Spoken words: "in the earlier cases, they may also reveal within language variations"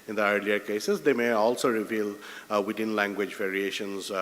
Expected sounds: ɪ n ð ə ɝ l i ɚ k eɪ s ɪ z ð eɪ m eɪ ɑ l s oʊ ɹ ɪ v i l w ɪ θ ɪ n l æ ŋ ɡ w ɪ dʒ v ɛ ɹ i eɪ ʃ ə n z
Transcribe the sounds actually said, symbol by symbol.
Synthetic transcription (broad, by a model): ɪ n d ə ɝ l i ɚ k eɪ s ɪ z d eɪ m eɪ ɑ l s oʊ ɹ ɪ v i l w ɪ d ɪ n l æ ŋ ɡ w ɪ dʒ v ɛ ɹ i eɪ ʃ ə n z